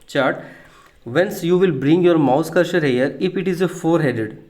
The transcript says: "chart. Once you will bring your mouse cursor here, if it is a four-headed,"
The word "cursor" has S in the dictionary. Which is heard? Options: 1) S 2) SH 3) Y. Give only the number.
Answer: 2